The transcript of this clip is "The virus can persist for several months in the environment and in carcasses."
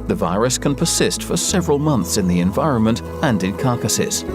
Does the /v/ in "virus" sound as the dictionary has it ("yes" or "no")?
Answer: yes